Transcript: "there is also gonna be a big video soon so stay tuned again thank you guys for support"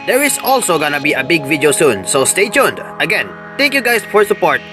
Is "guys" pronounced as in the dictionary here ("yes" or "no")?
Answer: no